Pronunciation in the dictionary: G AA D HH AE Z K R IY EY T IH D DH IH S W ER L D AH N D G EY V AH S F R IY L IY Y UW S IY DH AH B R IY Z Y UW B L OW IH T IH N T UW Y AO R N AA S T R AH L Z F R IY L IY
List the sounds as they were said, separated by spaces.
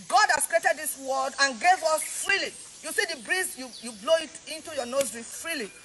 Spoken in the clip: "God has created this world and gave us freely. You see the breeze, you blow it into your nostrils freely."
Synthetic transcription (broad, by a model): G AA D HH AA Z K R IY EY T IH D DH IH S W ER D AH N G EY V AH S F R IY L IY Y UW S IY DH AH B R IY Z Y UW B L OW IH T IH N T UW Y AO N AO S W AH F R IY L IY